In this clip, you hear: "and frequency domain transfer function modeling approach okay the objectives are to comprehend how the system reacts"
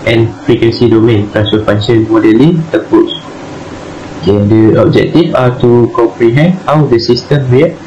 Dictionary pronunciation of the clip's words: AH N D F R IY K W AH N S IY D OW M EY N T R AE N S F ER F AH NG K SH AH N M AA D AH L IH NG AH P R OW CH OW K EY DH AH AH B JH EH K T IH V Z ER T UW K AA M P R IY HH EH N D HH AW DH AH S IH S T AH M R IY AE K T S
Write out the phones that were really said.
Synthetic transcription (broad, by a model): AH N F R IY K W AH N S IY D OW M EY N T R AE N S ER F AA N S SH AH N M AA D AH L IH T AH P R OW S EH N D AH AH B JH EH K T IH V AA T UW K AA M P R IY HH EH N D HH AW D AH S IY S T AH M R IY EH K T